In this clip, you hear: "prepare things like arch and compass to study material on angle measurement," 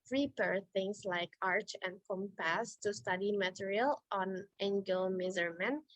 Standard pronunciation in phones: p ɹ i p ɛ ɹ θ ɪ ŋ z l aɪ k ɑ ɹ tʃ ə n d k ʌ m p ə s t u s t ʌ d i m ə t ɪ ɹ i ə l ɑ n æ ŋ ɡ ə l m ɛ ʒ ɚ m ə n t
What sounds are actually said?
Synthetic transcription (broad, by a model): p ɹ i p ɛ ɹ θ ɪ ŋ s l aɪ k ɑ ɹ tʃ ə n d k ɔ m p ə s t u s t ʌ d i m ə t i ɹ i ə l ɑ n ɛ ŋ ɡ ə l m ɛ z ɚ m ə n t